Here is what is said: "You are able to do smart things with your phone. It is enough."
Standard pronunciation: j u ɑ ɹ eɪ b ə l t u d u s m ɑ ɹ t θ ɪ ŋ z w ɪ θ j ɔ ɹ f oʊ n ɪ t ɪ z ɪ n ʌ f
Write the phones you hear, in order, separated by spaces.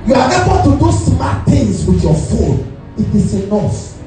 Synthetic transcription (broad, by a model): j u ɑ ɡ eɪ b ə n t u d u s m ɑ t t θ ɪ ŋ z w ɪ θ j ɔ f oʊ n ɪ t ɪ s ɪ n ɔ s